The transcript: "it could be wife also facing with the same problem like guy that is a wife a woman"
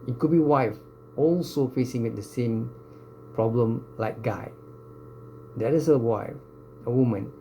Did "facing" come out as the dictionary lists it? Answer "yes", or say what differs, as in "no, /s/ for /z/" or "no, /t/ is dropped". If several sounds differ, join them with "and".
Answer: yes